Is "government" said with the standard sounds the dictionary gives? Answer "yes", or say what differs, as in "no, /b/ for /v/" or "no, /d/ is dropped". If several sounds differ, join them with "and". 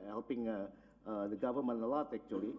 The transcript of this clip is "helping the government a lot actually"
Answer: no, /t/ is dropped